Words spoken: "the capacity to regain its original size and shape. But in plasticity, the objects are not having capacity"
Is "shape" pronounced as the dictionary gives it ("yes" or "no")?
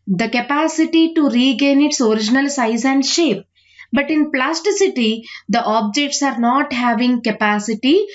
yes